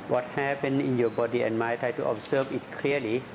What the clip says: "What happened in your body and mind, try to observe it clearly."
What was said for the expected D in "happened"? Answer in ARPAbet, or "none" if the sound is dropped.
none